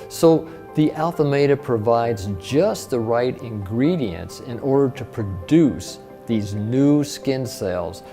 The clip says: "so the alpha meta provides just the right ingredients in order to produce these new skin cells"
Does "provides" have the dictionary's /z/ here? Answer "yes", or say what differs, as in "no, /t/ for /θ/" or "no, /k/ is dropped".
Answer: yes